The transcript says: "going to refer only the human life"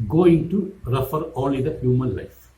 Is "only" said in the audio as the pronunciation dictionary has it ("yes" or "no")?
no